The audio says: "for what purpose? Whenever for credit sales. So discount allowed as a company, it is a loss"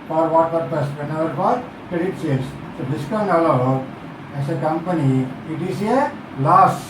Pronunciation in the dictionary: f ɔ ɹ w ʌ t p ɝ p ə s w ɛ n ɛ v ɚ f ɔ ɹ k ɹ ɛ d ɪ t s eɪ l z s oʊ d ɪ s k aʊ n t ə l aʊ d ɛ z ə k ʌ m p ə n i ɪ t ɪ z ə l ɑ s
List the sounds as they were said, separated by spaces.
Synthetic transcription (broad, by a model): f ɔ ɹ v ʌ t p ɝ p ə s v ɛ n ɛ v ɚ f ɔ ɹ k ɹ ɛ d ɪ t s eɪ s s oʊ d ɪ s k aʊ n ə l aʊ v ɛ s ə k ʌ m p ə n i ɪ t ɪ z ə l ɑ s